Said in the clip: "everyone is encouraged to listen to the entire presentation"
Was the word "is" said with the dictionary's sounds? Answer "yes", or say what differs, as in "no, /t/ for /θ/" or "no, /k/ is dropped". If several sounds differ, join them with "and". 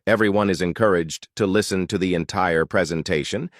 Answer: yes